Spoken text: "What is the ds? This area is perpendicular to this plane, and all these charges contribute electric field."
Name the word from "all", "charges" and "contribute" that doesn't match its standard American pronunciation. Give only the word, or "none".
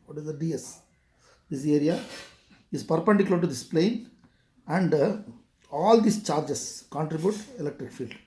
charges